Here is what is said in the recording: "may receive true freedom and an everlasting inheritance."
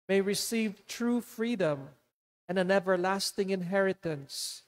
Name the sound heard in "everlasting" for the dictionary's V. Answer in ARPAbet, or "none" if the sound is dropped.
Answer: V